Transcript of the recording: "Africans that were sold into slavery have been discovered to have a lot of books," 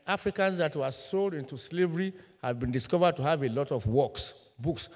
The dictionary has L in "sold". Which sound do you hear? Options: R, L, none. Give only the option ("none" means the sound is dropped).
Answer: L